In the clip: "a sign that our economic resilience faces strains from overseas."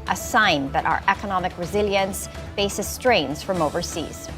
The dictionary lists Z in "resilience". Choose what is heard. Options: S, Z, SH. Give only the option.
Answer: Z